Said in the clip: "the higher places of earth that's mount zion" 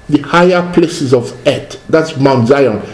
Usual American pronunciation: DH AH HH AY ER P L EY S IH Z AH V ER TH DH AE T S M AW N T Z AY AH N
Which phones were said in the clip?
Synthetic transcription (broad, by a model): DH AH HH AY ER P L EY S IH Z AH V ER T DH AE T S M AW N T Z AY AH N